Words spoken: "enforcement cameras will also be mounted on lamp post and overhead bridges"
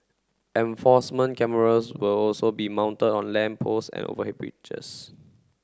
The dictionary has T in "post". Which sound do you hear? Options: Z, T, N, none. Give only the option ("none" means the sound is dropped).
none